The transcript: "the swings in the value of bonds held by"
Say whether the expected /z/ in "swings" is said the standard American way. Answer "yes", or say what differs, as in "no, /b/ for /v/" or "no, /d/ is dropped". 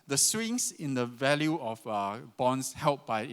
no, /s/ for /z/